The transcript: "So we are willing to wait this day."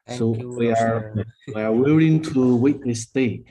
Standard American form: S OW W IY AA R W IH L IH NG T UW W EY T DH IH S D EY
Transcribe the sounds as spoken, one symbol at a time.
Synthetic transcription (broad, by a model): S OW W IY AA W W IH L IH NG T UW W EY T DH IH S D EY